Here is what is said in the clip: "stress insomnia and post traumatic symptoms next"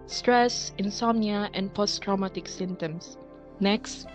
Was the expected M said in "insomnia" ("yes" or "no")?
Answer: yes